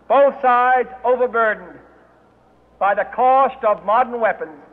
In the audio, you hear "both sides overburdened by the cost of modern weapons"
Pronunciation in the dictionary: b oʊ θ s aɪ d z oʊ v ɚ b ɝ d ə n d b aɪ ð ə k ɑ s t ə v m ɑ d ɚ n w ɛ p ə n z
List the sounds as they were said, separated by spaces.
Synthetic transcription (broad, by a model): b oʊ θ s aɪ d z oʊ v ɚ b ɝ d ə n b aɪ ð ə k ɑ s t ə v m ɑ d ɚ n w ɛ p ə n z